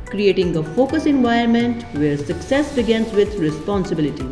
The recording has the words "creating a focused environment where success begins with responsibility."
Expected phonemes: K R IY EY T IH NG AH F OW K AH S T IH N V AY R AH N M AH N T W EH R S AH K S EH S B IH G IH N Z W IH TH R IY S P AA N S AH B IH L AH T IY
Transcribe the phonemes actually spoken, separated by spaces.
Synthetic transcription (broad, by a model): K R IY EY T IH NG AH F OW K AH S IH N V AY AH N M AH N T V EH R S AH K S EH S B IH G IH N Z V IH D R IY S P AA N S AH B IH L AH T IY